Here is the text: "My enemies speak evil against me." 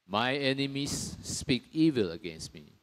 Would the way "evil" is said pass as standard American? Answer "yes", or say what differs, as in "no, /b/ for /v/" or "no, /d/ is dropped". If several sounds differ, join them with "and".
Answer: yes